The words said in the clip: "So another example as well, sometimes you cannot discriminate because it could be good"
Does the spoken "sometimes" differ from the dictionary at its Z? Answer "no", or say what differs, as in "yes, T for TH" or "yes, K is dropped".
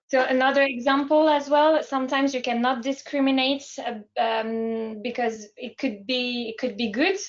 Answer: no